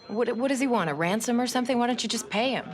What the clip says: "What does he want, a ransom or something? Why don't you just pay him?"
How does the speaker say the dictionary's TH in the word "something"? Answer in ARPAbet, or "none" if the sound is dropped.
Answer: TH